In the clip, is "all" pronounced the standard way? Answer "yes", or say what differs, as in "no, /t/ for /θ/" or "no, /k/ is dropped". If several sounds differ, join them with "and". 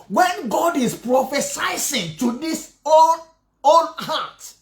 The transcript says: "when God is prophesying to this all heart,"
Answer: no, /n/ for /l/